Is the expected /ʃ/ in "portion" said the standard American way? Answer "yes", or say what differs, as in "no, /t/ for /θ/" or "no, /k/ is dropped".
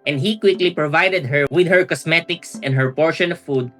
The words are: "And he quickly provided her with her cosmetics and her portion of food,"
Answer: yes